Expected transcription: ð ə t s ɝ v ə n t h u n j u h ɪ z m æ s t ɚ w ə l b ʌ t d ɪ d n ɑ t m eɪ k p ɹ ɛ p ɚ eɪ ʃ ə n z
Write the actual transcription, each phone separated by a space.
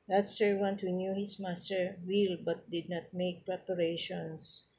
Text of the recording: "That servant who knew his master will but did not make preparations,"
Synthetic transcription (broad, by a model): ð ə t s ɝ w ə n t h u n j u h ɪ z m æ s t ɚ w ə l b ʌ t d ɪ d n ɑ t m eɪ k p ɹ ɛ p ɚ eɪ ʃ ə n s